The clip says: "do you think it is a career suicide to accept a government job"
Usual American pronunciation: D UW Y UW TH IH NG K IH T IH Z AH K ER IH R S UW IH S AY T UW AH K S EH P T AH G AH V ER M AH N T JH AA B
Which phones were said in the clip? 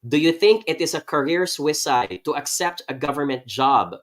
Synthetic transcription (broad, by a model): D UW Y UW TH IH NG K IH T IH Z AH K ER IH R S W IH S AY T UW AH K S EH P T AH G AH V ER M AH N T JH AA B